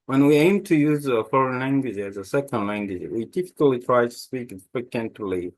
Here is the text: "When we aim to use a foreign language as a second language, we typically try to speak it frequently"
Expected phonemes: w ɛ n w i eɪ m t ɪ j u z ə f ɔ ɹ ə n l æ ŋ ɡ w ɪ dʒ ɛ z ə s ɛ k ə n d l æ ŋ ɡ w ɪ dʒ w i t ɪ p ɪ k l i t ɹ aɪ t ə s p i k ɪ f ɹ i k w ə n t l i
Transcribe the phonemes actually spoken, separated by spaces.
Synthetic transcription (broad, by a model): w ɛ n w i eɪ m t ɪ j u z ə f ɔ ɹ ə n l æ ŋ ɡ w ɪ dʒ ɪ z ə s ɛ k ə n d l æ ŋ ɡ w ɪ dʒ w i t ɪ p ɪ k l i t ɹ aɪ t ə s p i k ɪ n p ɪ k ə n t l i